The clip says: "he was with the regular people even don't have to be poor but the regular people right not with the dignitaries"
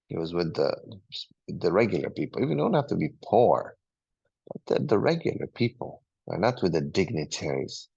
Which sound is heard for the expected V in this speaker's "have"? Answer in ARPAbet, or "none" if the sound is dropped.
F